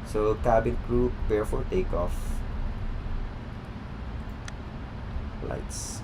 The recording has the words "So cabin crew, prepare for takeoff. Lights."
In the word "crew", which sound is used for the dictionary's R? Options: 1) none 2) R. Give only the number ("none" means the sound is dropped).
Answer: 2